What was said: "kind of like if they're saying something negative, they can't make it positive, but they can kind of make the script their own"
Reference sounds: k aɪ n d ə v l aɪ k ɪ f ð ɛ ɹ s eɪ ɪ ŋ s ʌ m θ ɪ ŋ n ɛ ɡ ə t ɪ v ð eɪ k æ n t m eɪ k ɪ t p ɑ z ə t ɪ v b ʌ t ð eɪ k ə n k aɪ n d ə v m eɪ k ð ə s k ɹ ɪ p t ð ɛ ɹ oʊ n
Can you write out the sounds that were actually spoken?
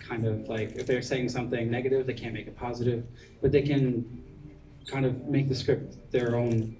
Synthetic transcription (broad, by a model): k aɪ n d ə v l aɪ k ɪ f ð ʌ ɹ s eɪ ɪ ŋ s ʌ m θ ɪ ŋ n ɛ ɡ ə t ɪ v ð eɪ k æ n m eɪ k ɪ t p ɑ z ə t ɪ v b ʌ t ð eɪ k ə n k aɪ n d ə v m eɪ k ð ə s k ɹ ɪ p t ð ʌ ɹ oʊ n